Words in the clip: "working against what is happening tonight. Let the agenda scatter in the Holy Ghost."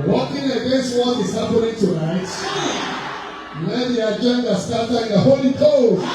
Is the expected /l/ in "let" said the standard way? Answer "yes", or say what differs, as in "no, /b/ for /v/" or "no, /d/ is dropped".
no, /n/ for /l/